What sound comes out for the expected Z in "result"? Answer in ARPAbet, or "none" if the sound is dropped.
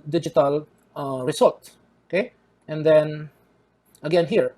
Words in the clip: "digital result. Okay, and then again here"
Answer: S